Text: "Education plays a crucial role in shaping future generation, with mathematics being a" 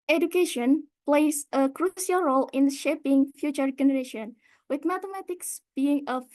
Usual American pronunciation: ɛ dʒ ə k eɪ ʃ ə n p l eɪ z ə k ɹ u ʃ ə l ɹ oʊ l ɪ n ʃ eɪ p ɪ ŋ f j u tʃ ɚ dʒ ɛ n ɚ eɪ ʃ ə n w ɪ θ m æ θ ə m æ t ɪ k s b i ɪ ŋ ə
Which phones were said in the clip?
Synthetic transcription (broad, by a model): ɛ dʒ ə k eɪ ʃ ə n p l eɪ s ə k ɹ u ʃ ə l ɹ oʊ l ɪ n ʃ eɪ p ɪ ŋ f j u tʃ ɚ dʒ ɛ n ɚ eɪ ʃ ə n w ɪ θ m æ t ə m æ t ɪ k s b i ɪ ŋ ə